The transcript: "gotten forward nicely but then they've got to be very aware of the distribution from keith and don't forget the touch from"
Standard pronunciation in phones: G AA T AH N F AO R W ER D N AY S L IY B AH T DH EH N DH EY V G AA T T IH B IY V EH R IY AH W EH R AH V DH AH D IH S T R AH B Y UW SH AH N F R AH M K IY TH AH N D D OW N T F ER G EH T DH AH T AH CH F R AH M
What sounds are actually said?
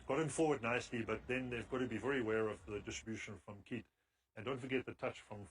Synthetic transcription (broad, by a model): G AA T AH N F AO R W ER D N AY S L IY B AH T DH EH N DH EY V G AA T T IH B IY V EH R IY AH W EH R AH V DH AH D IH S T R AH B Y UW SH AH N F R AH M K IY T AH N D D OW N T F ER G EH T DH AH T AH CH F R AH M